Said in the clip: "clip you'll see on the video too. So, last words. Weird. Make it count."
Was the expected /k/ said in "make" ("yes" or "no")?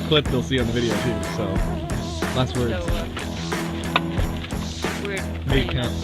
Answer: no